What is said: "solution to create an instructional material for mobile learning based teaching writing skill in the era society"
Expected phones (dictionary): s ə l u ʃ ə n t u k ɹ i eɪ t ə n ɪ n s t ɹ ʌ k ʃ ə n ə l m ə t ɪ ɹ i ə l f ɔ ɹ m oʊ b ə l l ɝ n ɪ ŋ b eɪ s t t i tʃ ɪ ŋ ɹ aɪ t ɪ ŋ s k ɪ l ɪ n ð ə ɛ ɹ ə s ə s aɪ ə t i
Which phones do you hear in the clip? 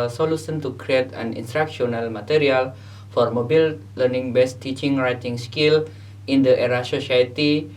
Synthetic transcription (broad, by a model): s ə l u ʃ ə n t u k ɹ i eɪ t ə n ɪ n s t ɹ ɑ k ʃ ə n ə l m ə t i ɹ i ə l f ɔ ɹ m oʊ b ə l l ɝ n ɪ ŋ b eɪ s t t i tʃ ɪ ŋ ɹ aɪ t ɪ ŋ s k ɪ l ɪ n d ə ɛ ɹ ə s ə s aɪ t i